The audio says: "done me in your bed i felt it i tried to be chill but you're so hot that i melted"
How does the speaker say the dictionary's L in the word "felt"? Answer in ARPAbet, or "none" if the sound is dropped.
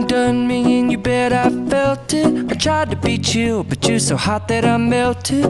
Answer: L